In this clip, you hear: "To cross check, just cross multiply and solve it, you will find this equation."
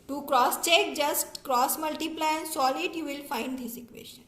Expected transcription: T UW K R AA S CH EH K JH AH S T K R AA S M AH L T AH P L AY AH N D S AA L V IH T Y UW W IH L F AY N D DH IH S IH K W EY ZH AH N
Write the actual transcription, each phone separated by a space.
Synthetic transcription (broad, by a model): T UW K R AA S CH EH K JH AH S T K R AA S M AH L T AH P L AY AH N S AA L IH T Y UW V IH L F AY N D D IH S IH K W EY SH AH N